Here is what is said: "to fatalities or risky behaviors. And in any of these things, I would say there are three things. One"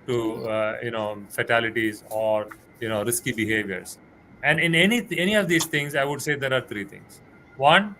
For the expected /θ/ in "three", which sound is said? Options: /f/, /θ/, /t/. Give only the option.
/t/